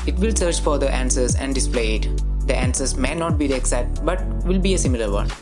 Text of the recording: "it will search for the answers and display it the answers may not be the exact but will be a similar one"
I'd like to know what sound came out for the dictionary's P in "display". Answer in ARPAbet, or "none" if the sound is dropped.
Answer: P